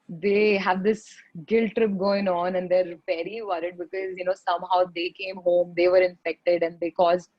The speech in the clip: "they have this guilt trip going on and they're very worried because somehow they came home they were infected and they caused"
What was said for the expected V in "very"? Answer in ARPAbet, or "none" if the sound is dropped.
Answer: P